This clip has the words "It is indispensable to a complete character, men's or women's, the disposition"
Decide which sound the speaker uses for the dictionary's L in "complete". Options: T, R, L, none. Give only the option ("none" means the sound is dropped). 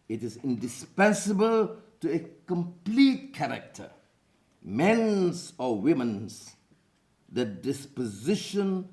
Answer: L